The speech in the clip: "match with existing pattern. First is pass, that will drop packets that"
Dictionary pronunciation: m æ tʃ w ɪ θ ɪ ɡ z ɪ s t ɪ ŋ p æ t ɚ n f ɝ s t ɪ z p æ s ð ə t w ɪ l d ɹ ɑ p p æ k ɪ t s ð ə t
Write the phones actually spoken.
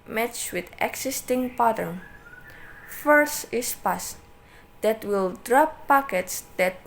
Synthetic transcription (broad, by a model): m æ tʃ w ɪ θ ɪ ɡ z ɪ s t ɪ ŋ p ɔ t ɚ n f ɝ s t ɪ s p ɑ s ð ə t w ɪ l d ɹ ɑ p p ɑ k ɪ t s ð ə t